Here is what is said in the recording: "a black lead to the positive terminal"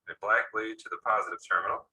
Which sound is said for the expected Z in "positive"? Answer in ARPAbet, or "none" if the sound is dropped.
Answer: Z